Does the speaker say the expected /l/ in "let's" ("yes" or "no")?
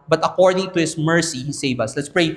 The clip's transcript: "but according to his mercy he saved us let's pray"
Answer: yes